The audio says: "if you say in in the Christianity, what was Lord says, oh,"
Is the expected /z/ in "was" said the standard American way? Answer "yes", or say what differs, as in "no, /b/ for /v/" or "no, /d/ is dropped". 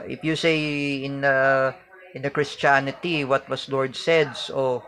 no, /s/ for /z/